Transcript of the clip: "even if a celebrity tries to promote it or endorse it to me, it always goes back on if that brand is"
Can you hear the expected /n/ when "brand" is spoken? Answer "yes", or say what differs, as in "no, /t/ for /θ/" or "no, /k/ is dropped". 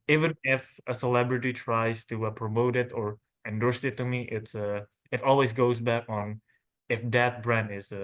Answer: yes